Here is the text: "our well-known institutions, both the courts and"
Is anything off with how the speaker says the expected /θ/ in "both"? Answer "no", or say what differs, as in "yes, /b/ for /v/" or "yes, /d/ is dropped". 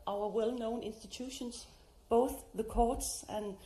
no